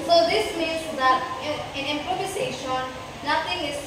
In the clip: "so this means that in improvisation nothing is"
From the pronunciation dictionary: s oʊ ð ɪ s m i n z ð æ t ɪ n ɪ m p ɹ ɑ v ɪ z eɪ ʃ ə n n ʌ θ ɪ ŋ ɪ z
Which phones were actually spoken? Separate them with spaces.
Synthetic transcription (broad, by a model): s oʊ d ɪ s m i n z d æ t ɪ n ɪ m p ɹ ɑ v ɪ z eɪ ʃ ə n n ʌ t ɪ ŋ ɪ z